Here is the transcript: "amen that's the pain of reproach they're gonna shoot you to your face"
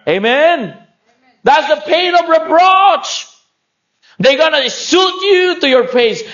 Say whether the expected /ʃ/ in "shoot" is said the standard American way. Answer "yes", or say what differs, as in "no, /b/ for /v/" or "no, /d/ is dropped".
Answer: no, /s/ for /ʃ/